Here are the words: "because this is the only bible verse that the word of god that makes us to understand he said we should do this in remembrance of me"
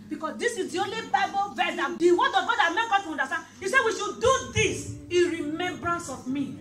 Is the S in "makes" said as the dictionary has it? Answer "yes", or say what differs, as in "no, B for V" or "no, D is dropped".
no, S is dropped